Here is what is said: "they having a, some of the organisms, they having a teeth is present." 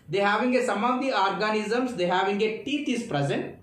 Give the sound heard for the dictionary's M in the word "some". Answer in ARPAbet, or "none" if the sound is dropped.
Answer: M